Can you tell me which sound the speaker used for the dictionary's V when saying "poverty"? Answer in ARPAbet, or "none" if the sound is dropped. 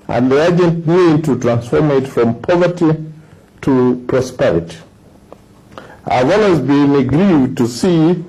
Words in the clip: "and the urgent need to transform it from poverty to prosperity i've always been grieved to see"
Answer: V